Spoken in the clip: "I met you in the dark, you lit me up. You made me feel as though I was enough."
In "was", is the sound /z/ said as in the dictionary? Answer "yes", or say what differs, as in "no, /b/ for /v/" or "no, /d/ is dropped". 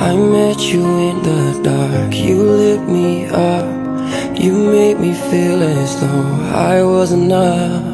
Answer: yes